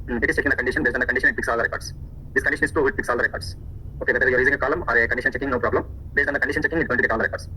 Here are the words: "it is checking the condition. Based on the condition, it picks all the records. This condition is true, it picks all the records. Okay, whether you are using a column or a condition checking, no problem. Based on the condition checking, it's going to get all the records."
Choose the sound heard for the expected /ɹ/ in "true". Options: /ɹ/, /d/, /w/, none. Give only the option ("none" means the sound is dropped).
none